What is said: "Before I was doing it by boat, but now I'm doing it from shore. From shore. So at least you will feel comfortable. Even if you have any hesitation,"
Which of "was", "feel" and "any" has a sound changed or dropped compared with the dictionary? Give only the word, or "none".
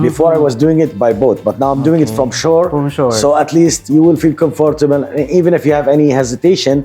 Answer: none